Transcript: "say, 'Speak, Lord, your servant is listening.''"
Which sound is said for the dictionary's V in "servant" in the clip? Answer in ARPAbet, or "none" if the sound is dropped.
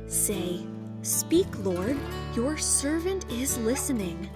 V